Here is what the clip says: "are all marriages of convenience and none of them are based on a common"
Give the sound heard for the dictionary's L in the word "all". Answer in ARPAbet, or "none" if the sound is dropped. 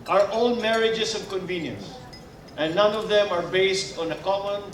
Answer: N